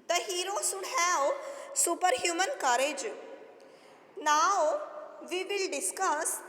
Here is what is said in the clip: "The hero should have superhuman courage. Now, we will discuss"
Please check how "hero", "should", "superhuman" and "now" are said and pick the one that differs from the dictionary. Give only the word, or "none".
should